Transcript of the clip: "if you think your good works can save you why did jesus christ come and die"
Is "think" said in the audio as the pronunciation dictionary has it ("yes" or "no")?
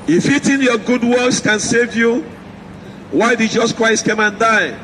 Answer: no